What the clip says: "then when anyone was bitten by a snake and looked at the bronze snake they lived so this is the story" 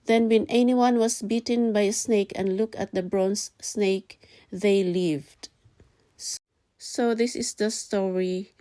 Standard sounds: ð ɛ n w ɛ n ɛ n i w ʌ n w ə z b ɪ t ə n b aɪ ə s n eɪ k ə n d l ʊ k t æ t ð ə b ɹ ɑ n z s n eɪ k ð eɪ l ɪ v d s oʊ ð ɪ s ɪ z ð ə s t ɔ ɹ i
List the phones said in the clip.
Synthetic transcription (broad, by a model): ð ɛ n w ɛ n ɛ n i w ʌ n w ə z b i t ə n b aɪ ə s n eɪ k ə n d l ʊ k æ t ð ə b ɹ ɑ n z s n eɪ k ð eɪ l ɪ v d s oʊ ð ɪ s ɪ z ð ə s t ɔ ɹ i